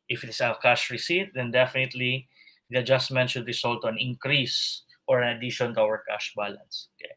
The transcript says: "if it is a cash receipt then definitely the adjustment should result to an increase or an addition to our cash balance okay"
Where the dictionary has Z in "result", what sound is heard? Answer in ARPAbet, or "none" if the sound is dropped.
S